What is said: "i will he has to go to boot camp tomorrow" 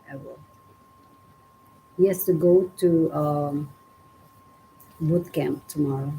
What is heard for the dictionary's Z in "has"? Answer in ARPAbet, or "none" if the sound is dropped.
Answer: S